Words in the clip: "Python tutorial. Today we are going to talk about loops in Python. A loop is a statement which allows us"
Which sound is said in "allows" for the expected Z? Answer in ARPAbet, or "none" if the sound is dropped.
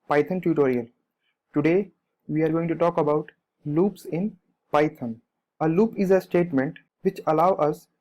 none